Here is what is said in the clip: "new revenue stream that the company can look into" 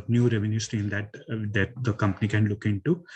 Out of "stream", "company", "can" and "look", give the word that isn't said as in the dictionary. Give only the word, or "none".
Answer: stream